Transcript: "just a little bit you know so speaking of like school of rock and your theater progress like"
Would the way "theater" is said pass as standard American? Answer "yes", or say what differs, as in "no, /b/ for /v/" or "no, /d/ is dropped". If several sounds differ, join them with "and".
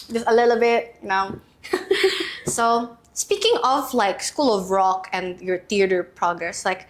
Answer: no, /t/ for /θ/